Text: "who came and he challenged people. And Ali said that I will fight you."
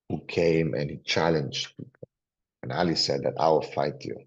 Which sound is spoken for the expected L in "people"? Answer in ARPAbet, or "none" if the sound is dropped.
N